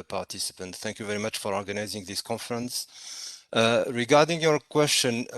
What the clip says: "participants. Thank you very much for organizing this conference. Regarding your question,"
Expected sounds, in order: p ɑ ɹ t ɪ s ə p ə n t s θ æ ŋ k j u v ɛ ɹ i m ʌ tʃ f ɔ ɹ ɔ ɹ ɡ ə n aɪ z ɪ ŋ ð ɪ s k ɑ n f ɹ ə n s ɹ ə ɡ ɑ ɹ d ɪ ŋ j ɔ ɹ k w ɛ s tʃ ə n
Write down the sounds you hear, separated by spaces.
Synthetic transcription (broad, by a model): p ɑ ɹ t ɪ s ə p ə n t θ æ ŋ k j u v ɛ ɹ i m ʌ tʃ f ɔ ɹ ɔ ɹ ɡ ə n aɪ z ɪ ŋ ð ɪ s k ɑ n f ɹ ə n s ɹ ə ɡ ɑ ɹ d ɪ ŋ j ɔ ɹ k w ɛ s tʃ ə n